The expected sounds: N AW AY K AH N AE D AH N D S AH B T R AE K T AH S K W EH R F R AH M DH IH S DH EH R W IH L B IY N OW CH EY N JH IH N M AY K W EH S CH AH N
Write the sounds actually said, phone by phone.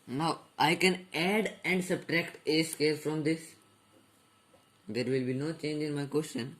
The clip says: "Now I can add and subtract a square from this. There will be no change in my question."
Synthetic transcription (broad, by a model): N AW AY K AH N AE D AH N D S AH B T R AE K T AH S K EH L F R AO M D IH S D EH R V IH L B IY N OW CH EY N JH IH N M AY K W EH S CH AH N